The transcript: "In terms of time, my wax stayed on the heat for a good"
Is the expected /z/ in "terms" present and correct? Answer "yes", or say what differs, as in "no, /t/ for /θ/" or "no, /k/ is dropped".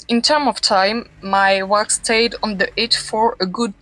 no, /z/ is dropped